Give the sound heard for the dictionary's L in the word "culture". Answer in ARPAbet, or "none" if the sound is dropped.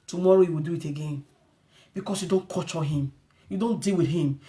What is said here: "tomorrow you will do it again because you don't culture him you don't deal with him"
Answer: none